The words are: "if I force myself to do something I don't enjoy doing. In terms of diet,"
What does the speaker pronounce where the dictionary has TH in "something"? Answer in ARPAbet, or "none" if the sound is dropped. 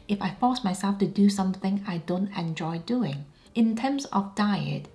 TH